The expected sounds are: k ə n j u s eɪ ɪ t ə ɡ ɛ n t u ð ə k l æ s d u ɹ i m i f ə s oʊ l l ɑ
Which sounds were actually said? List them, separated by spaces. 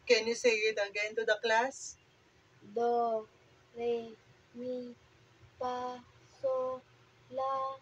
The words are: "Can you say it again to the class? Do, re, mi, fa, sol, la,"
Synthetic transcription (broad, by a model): k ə n j u s eɪ ɪ t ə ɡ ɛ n t u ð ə k l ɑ s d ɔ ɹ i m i p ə s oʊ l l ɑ